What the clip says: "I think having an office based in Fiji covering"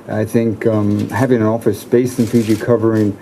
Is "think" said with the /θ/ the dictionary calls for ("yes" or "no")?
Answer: yes